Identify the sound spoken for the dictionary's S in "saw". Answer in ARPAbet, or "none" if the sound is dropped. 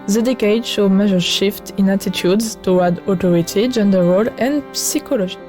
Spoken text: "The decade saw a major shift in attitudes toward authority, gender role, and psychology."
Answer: SH